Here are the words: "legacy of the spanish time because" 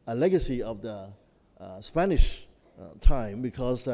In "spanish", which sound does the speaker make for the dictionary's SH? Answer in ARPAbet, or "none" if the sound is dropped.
SH